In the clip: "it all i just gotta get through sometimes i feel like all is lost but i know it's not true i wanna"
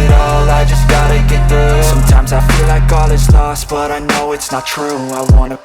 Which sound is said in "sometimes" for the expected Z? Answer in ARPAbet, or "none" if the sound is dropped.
Z